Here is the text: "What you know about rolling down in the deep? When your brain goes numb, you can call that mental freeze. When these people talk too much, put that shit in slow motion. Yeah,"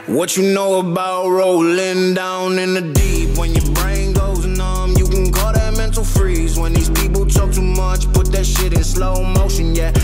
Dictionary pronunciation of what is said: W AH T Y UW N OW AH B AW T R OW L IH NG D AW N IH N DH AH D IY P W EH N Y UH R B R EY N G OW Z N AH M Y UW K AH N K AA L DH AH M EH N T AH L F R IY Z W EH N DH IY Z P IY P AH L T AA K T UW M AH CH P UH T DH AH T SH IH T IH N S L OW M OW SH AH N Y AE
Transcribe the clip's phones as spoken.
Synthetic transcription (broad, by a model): W AH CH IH N OW AH B AW T R OW L IH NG D AW N IH N DH AH D IY P W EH N Y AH R B R EY N G OW Z N AH M Y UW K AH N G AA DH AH M EH N T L F R IY Z W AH N DH IY Z P IY P L T AA K T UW M AH CH P UH T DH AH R SH IH T IH N S L OW M OW SH AH N Y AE